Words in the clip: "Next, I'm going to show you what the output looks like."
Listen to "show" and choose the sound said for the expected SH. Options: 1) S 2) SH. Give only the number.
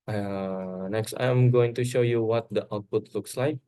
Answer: 2